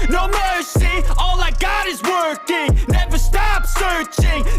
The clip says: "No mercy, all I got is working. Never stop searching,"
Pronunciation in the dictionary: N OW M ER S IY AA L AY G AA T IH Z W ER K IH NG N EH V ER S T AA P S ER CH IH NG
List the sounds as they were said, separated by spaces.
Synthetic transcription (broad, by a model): N OW M ER S IY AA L AY G AA T IH Z W ER K IH NG N EH V ER S T AA P S ER CH IH NG